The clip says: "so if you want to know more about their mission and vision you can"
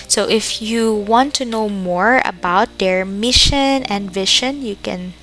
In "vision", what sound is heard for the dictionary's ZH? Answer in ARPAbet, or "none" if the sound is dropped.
SH